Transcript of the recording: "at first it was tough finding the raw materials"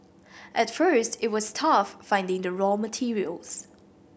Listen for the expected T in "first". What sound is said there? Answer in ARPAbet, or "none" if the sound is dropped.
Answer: T